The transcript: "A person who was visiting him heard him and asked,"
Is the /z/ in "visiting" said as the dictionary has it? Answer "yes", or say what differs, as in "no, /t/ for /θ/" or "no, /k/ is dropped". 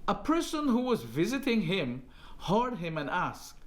yes